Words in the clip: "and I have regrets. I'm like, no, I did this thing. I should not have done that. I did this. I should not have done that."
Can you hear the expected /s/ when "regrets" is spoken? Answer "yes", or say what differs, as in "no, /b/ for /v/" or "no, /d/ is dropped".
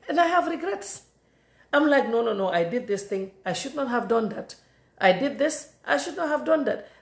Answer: yes